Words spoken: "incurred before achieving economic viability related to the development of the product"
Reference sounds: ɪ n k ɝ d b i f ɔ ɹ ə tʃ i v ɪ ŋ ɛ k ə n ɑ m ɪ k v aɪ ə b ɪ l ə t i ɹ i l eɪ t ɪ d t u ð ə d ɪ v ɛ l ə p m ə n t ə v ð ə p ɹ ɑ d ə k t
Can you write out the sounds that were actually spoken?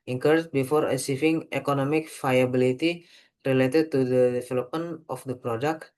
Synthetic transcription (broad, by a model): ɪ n k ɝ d b i f ɔ ɹ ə s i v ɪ ŋ ɛ k ə n ɑ m ɪ k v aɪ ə b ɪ l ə t i ɹ i l eɪ t ɪ d t u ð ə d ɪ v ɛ l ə p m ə n t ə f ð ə p ɹ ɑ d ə k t